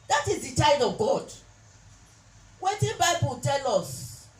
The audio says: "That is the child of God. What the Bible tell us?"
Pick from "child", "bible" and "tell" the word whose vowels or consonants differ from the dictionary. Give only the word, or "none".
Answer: child